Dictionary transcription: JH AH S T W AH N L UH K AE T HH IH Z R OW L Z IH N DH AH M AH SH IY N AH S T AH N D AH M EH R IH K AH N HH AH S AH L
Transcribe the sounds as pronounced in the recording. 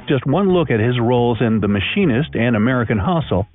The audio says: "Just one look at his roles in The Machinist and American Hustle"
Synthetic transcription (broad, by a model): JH AH S T W AH N L UH K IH T HH IH Z R OW L Z IH N DH AH M AH SH IY N AH S T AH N AH M EH R IH K AH N HH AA S L